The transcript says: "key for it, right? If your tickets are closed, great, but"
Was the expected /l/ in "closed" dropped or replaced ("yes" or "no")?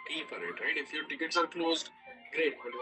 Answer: no